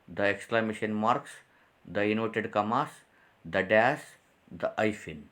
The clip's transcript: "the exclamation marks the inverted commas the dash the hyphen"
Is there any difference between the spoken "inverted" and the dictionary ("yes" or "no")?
yes